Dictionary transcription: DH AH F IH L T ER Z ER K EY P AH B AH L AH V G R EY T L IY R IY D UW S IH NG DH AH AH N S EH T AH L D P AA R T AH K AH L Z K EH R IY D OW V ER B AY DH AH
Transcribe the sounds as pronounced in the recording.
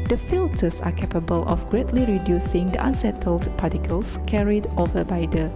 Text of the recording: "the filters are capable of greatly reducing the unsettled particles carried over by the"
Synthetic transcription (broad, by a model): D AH F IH L T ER S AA K EY P AH B AH L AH F G R EY T L IY R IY D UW S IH NG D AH AH N S EH T AH L D P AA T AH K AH L S K EH R IY D OW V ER B AY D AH